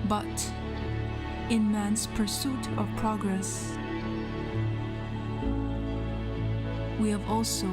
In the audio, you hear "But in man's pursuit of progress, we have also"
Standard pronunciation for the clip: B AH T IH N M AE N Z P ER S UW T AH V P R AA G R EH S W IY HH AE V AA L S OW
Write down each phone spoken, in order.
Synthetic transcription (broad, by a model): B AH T IH N M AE N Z P ER S UW T AH V P R AA G R EH S W IY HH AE V AA L S OW